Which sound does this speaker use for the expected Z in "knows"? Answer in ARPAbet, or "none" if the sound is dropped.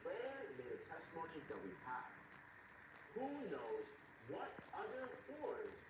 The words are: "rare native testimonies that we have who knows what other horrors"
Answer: Z